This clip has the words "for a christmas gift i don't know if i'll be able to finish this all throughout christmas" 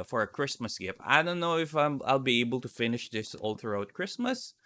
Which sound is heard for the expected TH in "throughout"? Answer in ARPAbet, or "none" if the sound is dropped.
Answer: T